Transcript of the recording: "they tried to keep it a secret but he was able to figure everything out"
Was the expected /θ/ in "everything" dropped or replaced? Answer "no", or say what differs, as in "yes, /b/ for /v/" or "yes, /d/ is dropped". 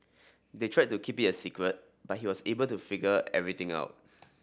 yes, /t/ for /θ/